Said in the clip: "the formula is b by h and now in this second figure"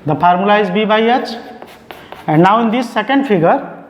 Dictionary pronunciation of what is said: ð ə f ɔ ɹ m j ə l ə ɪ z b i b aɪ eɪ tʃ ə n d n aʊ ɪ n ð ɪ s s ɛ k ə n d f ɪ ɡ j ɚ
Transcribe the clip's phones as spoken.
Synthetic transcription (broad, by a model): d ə p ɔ ɹ m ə l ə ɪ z b i b aɪ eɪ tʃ ə n d n aʊ ɪ n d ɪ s s ɛ k ə n d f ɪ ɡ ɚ